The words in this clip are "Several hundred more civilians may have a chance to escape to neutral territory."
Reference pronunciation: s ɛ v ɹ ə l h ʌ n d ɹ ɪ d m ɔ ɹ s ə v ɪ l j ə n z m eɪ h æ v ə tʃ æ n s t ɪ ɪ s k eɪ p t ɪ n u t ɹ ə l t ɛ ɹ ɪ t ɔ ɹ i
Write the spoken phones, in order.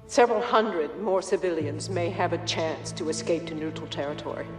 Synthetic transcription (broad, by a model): s ɛ v ɹ l h ʌ n d ɹ ɪ d m ɔ ɹ s ə v ɪ l j ə n z m eɪ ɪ v ə tʃ æ n s t ɪ ɪ s k eɪ p t ɪ n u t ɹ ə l t ɛ ɹ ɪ t ɔ ɹ i